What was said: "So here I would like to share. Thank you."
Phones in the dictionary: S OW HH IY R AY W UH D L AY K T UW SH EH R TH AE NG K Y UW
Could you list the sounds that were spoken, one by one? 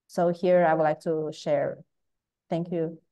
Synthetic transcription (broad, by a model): S OW HH IY R AY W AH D L AY K T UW SH EH R TH AE NG K Y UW